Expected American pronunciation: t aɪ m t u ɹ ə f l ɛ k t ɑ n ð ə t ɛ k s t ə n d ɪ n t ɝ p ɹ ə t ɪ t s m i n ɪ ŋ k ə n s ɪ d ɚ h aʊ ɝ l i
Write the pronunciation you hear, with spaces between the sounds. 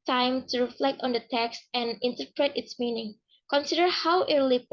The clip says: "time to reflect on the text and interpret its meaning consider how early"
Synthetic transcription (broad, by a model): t aɪ m t u ɹ ə f l ɛ k t ɑ n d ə t ɛ k s t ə n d ɪ n t ɝ p ɹ ə t ɪ t s m i n ɪ ŋ k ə n s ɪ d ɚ h aʊ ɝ l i